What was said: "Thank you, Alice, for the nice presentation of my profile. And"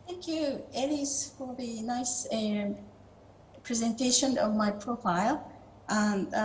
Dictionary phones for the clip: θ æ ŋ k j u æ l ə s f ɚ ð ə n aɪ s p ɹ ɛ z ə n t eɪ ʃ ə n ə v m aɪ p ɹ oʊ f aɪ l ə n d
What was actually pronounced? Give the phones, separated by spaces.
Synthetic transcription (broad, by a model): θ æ ŋ k j u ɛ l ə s f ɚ ð ə n aɪ s p ɹ ɛ z ə n t eɪ ʃ ə n ə v m aɪ p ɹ oʊ f aɪ l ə